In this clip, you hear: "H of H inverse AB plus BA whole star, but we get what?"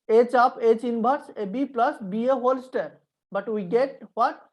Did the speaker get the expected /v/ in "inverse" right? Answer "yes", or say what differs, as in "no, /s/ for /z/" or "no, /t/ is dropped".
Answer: no, /b/ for /v/